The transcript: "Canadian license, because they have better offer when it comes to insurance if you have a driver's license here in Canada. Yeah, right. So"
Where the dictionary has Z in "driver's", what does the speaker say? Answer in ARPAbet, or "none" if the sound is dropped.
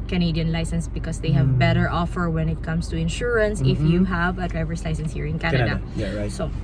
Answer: S